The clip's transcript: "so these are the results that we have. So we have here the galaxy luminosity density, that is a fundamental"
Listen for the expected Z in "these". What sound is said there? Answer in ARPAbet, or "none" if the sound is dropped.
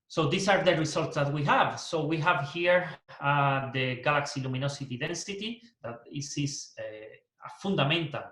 S